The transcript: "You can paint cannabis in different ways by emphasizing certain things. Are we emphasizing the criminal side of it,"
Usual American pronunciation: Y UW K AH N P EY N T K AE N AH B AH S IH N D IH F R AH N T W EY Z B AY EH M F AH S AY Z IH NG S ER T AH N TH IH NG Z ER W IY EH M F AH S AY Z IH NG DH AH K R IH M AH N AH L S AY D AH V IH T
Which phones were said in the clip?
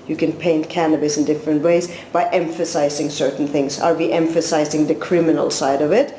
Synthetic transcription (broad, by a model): Y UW K AH N P EY N T K AE N AH B AH S IH N D IH F R AH N T W EY Z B AY EH M F AH S AY Z IH NG S ER T N TH IH NG Z ER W IY EH M F AH S AY Z IH NG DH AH K R IH M AH N AH L S AY D AH V IH T